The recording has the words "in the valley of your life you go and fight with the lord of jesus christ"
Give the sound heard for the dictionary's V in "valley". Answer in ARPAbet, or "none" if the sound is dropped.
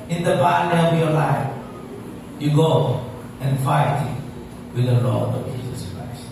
P